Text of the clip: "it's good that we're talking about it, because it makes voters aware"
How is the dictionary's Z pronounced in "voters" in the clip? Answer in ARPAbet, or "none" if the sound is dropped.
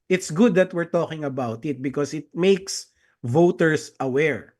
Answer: S